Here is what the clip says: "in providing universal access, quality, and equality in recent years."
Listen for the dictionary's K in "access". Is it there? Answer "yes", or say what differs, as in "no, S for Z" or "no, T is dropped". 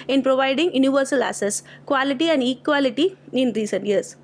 no, K is dropped